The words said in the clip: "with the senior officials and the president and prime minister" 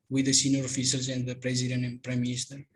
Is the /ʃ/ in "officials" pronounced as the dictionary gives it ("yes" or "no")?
no